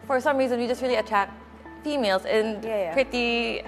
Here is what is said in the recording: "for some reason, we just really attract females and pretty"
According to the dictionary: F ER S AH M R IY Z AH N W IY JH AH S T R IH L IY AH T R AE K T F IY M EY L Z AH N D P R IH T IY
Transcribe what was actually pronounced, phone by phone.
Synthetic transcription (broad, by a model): F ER S AH M R IY Z AH N W IY JH AH S T R IH L IY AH T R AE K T F IY M EY L Z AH N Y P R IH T IY